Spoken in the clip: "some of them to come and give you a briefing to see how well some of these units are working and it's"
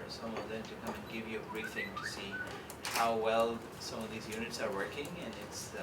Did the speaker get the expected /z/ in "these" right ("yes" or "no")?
yes